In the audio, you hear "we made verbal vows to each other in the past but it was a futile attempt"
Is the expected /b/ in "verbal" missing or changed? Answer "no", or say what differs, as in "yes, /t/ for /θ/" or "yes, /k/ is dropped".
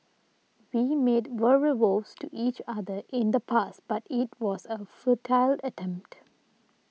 yes, /b/ is dropped